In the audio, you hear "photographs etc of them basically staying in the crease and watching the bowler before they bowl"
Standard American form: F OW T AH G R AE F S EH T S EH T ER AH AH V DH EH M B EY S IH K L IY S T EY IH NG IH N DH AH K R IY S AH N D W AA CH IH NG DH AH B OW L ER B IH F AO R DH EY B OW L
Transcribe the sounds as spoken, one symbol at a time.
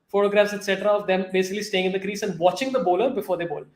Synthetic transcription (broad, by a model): F OW T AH G R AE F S EH T S EH T ER AH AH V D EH M B EY S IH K L IY S T EY IH NG IH N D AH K R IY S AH N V AA CH IH NG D AH B OW L ER B IH F AO R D EY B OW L